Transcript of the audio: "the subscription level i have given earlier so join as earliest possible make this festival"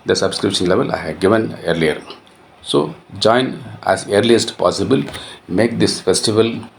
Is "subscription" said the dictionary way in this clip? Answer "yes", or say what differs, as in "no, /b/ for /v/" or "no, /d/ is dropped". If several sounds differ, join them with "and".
yes